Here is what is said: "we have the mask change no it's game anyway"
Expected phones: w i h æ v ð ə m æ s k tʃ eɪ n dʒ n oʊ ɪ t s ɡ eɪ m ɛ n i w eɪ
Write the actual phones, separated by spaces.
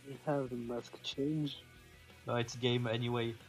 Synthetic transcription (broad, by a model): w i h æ v ð ə m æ s k tʃ eɪ n dʒ l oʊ ɪ t s ɡ eɪ m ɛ n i w eɪ